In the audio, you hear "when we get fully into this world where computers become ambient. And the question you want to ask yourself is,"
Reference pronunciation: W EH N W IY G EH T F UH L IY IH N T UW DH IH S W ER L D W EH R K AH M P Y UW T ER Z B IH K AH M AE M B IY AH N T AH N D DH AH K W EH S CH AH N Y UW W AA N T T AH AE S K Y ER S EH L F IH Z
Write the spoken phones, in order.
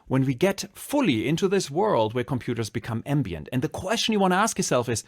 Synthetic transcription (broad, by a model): W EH N W IY G EH T F UH L IY IH N T UW DH IH S W ER L D W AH R K AH M P Y UW T ER Z B IH K AH M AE M B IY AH N T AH N DH AH K W EH S CH AH N Y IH W AA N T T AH AE S K Y ER S EH L F IH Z